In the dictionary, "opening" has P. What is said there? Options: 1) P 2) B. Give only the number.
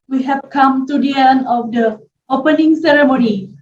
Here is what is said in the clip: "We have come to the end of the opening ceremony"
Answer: 1